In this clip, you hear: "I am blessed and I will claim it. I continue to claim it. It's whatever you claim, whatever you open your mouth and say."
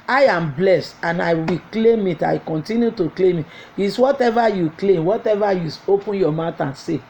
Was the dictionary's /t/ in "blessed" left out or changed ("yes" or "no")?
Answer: no